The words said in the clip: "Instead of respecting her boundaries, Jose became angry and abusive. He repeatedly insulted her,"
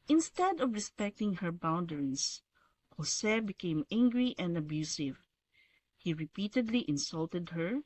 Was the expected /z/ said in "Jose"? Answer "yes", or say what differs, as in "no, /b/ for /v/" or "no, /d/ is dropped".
no, /s/ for /z/